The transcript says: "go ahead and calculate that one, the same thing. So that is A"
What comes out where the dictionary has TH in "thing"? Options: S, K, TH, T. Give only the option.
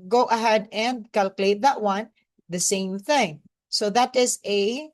TH